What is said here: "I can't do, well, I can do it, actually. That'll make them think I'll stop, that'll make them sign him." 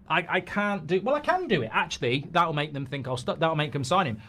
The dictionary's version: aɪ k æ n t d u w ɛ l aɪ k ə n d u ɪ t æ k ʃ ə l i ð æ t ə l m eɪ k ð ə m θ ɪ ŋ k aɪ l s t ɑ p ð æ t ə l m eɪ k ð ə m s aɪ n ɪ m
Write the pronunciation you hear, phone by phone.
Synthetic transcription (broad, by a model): aɪ k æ n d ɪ w ɛ l aɪ k ə n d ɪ ɪ t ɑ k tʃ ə l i ð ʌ t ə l m eɪ k ð ə m θ ɪ ŋ k aɪ l s t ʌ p ð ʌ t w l m eɪ k ð ə m s aɪ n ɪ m